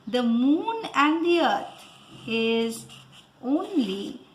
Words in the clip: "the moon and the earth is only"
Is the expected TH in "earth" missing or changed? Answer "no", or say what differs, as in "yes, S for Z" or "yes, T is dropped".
yes, T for TH